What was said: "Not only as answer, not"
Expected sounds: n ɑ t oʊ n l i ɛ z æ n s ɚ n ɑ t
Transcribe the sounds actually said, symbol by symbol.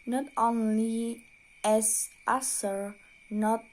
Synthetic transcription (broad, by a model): n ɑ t oʊ n l i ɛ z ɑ s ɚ n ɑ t